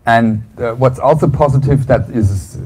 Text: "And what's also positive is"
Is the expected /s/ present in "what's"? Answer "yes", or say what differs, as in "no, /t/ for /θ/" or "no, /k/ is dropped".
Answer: yes